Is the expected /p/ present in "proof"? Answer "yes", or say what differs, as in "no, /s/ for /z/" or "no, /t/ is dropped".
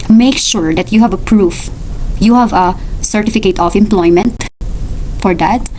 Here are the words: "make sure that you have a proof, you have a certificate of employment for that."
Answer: yes